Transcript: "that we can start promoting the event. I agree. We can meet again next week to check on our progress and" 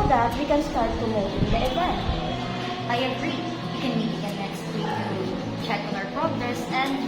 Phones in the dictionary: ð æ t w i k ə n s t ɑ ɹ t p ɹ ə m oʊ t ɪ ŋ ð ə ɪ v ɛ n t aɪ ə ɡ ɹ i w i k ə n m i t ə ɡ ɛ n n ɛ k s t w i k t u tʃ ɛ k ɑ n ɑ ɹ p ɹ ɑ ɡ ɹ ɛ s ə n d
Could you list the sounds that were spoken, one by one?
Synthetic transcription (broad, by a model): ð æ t w i k ə n s t ɑ ɹ t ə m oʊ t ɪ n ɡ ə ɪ w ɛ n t aɪ ə ɡ ɹ i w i k ə n m i t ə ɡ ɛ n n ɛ k s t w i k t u tʃ ɛ k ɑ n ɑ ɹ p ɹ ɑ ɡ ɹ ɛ s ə n